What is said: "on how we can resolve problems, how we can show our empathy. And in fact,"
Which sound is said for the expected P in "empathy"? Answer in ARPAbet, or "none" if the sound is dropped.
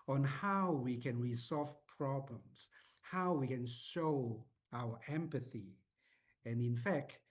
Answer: P